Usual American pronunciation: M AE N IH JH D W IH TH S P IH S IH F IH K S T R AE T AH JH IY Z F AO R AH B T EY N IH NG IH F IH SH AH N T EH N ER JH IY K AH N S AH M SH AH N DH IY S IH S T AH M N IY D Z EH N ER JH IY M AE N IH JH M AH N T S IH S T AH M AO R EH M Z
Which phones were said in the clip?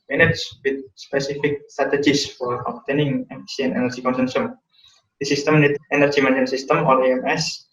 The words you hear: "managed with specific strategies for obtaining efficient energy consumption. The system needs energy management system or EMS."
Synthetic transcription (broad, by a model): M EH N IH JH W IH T S P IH S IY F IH K S T R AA T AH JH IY S F AO R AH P T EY N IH NG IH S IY AH N EH N ER JH IY K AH N S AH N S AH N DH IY S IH S T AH M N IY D EH N ER JH IY M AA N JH AH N S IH S T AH M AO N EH M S